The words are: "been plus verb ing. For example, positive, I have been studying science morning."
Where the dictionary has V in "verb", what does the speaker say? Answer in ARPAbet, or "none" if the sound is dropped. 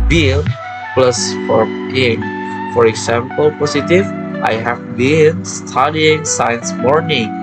F